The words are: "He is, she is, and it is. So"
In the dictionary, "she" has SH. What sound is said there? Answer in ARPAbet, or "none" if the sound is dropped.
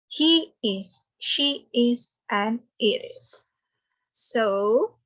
SH